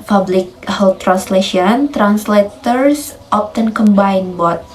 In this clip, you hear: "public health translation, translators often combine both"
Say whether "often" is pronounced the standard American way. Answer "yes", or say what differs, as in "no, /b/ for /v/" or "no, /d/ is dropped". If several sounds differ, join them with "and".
no, /p/ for /f/